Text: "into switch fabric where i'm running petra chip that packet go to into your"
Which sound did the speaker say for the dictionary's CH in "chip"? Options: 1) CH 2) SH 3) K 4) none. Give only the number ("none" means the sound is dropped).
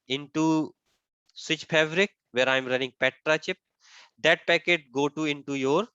1